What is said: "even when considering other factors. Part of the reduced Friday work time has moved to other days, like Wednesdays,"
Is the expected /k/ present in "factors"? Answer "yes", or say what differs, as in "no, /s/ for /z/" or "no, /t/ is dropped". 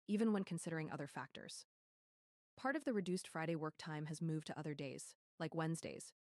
yes